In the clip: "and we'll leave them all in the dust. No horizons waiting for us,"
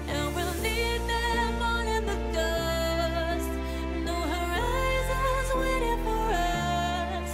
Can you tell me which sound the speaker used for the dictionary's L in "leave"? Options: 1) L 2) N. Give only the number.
2